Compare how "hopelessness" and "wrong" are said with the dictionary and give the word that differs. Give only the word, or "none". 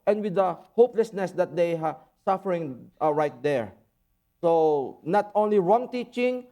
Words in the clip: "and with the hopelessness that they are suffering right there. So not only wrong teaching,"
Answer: none